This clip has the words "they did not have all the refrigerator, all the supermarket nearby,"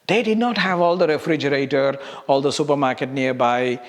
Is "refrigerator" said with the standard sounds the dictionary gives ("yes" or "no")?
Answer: yes